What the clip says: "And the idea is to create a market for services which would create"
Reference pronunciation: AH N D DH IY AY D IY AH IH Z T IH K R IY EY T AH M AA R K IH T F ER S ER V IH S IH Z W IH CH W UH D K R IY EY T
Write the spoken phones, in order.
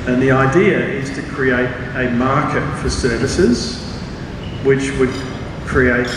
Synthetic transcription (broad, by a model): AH N DH IY AY D IY AH IH Z T IH K R IY EY T AH M AA R K IH T F ER S ER V IH S IH Z W IH CH W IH D K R IY EY T